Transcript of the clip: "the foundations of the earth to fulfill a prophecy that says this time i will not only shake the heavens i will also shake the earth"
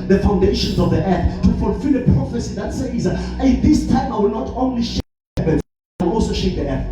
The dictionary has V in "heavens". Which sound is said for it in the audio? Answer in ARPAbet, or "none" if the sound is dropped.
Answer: none